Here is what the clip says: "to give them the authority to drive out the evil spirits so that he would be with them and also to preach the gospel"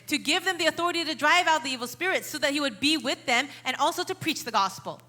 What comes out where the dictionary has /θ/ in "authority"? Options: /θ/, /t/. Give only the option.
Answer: /θ/